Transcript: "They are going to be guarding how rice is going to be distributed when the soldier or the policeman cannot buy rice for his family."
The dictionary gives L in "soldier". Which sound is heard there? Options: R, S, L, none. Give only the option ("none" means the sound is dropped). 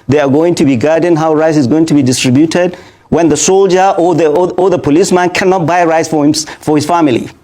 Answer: L